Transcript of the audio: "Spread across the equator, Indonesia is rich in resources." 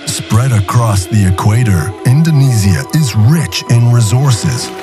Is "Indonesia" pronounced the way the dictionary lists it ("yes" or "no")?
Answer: no